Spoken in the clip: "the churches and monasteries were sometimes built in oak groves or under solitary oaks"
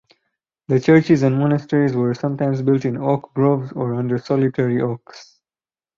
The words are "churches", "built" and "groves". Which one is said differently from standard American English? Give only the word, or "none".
none